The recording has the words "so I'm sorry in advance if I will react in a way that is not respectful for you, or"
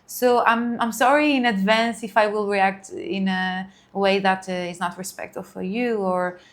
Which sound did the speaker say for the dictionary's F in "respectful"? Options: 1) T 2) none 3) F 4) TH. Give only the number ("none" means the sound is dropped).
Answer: 2